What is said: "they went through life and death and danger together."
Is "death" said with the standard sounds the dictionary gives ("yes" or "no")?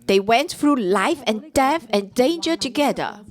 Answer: no